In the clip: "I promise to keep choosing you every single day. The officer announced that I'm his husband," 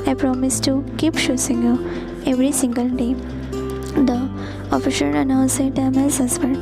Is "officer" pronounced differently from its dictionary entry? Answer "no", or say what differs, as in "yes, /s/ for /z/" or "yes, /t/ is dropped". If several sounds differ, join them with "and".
yes, /ʃ/ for /s/